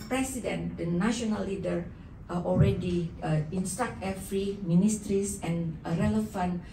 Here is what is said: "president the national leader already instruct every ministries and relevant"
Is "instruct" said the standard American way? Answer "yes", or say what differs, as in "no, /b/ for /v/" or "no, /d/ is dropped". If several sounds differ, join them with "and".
no, /ɹ/ is dropped